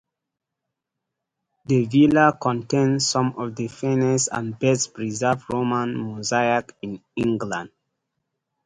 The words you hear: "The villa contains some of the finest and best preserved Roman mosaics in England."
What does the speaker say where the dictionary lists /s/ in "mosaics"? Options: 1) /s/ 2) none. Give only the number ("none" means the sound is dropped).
2